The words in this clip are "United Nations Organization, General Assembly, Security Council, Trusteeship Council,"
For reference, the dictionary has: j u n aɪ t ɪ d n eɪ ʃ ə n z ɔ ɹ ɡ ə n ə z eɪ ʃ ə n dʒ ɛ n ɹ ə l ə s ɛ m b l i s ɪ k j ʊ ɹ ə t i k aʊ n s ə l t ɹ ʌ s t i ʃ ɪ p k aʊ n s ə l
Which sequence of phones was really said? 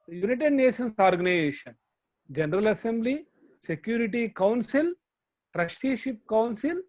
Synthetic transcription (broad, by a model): j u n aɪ t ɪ d n eɪ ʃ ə n s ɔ ɹ ɡ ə n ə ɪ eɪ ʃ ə n dʒ ɛ n ɹ ə l ə s ɛ m b l i s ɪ k j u ɹ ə t i k aʊ n s ə l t ɹ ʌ ʃ t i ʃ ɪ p k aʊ n s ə l